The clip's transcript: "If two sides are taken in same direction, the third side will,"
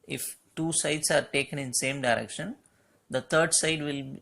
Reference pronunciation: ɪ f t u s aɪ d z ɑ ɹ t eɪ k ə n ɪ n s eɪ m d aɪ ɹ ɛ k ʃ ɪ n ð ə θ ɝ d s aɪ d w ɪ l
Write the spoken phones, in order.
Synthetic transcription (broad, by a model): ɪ f t u s aɪ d s ɑ ɹ t eɪ k ə n ɪ n s eɪ m d aɪ ɹ ɛ k ʃ ɪ n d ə t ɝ d s aɪ d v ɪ l